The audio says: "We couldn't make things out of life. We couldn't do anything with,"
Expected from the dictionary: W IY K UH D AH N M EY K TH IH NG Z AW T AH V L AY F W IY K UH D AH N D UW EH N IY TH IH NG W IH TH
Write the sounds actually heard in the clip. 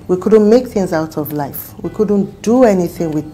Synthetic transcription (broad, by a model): W IY K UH D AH N M EY K TH IH NG Z AW T AH V L AY F W IY K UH D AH N D UW EH N IY TH IH NG W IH